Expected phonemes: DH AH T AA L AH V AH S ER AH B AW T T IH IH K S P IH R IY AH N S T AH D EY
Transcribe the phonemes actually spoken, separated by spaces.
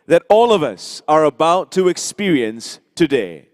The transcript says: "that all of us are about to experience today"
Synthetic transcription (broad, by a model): DH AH T AA L AH V AH S ER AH B AW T T IH IH K S P IH R IY AH N S T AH D EY